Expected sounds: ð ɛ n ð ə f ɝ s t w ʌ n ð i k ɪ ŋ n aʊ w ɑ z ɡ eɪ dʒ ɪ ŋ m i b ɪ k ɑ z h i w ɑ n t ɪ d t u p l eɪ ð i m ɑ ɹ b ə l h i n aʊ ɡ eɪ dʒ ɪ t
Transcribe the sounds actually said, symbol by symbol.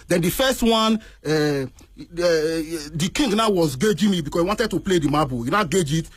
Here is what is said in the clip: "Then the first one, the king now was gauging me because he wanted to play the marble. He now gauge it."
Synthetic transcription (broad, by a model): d ɛ n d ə f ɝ s t w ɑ n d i k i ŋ n aʊ w ɑ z ɡ eɪ dʒ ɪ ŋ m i b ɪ k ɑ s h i w ɑ n t ɪ d t u p l eɪ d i m ɑ b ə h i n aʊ ɡ eɪ dʒ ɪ t